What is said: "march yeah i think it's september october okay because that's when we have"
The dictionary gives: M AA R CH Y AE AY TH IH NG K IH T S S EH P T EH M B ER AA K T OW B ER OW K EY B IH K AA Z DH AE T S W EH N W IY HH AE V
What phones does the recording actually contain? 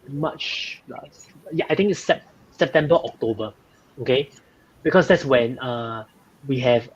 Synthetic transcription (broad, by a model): M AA CH Y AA AY T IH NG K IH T S S EH P T EH M B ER AA K T OW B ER OW K EY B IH K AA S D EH T S W EH N W IY HH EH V